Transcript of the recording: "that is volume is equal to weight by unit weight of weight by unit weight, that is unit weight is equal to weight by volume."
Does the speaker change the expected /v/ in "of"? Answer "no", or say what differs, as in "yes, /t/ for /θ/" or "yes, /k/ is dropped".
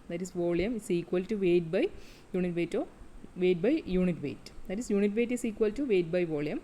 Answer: no